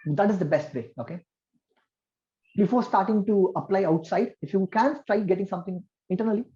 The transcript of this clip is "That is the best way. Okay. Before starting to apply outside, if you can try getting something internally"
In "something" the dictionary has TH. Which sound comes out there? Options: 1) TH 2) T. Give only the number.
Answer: 2